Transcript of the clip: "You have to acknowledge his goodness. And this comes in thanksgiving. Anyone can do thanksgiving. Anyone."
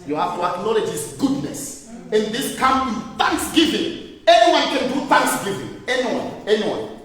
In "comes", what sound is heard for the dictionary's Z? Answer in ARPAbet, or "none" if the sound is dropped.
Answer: none